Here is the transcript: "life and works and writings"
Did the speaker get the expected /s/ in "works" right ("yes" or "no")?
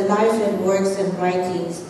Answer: yes